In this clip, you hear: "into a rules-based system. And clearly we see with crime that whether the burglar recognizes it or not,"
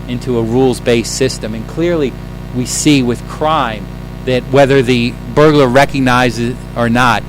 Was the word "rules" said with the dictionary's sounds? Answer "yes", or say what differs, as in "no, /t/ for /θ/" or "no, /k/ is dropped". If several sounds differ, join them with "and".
yes